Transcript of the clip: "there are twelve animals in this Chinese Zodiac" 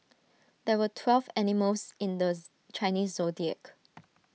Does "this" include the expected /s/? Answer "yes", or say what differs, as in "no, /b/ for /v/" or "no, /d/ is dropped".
no, /s/ is dropped